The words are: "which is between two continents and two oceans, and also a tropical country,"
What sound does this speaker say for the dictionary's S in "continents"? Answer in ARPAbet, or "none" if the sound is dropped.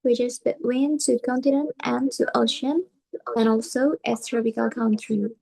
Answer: none